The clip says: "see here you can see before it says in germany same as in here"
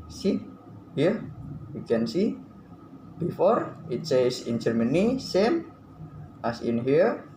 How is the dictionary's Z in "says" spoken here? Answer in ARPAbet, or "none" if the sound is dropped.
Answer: S